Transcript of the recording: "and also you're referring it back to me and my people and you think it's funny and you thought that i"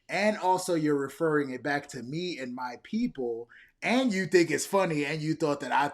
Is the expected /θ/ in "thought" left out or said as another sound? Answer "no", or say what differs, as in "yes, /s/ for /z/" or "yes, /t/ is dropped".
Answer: no